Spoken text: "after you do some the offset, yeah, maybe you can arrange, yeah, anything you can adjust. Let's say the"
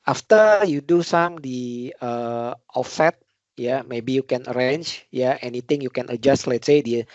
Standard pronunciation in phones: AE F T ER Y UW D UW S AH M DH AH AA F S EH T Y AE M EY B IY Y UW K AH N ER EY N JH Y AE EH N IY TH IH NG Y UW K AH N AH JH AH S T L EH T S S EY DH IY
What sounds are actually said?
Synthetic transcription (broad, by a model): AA F T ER Y UW D UW S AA M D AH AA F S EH T Y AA M EY B IY Y UW K AH N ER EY N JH Y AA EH N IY T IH NG Y UW K AH N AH JH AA S T L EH T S S EY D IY